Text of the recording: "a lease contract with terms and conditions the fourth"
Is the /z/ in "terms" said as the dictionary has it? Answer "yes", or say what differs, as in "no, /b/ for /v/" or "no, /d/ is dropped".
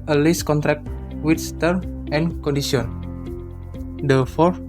no, /z/ is dropped